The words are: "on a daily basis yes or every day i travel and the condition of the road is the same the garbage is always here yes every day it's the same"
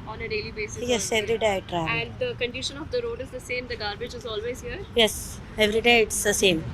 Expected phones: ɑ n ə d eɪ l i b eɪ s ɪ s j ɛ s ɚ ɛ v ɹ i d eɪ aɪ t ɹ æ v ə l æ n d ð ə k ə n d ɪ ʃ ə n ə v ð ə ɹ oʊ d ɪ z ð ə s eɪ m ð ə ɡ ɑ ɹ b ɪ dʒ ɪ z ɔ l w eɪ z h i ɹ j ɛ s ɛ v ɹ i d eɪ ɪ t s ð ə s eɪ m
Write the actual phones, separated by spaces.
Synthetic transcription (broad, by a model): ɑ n ə d eɪ l i b eɪ s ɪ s j ɛ s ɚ ɛ v ɹ i d eɪ aɪ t ɹ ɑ ə æ n d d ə k ə n d ɪ ʃ ə n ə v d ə ɹ oʊ d ɪ z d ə s eɪ m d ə ɡ ɑ ɹ b ɪ dʒ ɪ z ɔ l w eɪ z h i ɹ j ɛ s ɛ v ɹ i d eɪ ɪ t s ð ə s eɪ m